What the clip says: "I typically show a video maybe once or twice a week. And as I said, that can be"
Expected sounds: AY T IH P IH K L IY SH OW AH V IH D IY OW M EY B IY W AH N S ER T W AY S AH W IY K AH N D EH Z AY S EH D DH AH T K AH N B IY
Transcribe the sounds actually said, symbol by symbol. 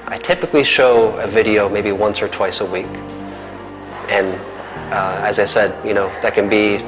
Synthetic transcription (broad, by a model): AY T IH P IH K L IY SH OW AH V IH D IY OW M EY B IY W AH N S ER T W AY S AH W IY K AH N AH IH Z AY S EH D DH AH T K AH N B IY